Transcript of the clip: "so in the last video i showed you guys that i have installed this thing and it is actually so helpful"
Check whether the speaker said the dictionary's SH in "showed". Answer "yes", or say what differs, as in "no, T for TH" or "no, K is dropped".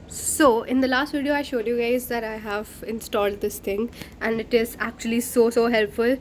yes